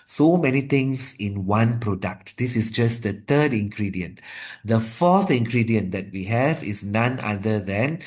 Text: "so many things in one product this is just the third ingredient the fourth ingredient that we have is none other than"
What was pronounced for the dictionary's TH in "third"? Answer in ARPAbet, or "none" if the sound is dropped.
T